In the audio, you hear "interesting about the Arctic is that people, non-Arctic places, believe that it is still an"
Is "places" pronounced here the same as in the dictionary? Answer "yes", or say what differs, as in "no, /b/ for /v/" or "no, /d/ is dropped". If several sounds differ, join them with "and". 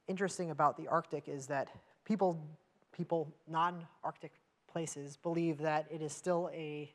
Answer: yes